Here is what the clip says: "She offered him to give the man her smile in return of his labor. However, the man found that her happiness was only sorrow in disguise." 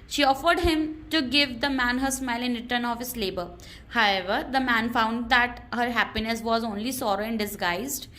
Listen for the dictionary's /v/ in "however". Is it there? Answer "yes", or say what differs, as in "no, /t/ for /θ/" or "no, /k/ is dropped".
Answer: yes